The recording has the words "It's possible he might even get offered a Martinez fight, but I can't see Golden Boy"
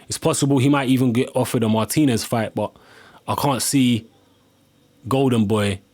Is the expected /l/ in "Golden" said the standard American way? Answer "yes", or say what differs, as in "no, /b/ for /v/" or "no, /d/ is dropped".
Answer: yes